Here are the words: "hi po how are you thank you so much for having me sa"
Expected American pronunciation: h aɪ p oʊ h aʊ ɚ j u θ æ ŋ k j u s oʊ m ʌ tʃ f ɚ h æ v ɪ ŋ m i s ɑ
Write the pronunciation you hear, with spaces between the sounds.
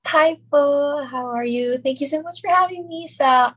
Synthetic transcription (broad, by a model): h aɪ f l h aʊ ɚ j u θ æ ŋ k j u s oʊ m ʌ tʃ f ɚ h æ v ɪ ŋ m i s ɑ